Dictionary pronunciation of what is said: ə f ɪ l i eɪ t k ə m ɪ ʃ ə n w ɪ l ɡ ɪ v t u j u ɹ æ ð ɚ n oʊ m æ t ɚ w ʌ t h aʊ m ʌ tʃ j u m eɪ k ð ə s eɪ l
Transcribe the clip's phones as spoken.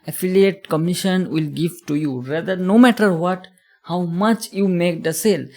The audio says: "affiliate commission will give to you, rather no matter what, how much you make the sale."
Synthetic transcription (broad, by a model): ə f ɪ l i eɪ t k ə m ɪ ʃ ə n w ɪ l ɡ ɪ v t u j u ɹ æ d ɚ n oʊ m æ t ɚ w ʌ t h aʊ m ʌ tʃ j u m eɪ k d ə s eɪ l